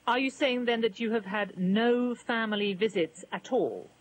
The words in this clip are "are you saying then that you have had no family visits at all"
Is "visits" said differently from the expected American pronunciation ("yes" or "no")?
no